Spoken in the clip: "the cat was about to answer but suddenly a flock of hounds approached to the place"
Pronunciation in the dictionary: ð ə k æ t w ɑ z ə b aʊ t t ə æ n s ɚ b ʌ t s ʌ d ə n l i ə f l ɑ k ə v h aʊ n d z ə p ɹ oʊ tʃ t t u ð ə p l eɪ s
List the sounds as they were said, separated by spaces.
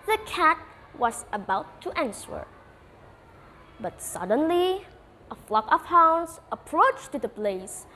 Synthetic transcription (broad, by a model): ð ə k æ t w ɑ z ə b aʊ t t ə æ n s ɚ b ʌ t s ʌ d ə n l i ə f l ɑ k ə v h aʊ n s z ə p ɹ oʊ tʃ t t u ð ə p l eɪ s